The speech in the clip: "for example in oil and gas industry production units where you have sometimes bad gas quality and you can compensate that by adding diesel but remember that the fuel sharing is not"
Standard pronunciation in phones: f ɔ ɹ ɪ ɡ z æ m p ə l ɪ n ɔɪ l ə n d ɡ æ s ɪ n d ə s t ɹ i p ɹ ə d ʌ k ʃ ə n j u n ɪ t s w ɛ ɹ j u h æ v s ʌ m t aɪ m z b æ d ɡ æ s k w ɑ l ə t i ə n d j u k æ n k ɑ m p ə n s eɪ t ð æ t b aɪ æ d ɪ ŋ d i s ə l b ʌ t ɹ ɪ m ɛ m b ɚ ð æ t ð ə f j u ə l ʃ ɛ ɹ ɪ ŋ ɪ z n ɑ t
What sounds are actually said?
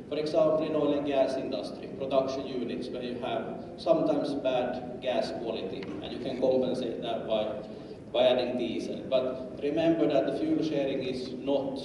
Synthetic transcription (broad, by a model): f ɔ ɹ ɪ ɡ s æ m p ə l ɪ n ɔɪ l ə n ɡ æ s ɪ n d ə s t ɹ i p ɹ ə d ʌ k ʃ ə n j u n ɪ t s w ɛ j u h æ v s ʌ m t aɪ m s b æ d ɡ æ s k w ɑ l ə t i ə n j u k æ n k ɑ m p ə n s eɪ t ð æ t b aɪ æ d ɪ ŋ d i s ə l b ʌ t ɹ ɪ m ɛ m b ɚ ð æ t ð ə f j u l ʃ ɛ ɹ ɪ ŋ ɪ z n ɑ t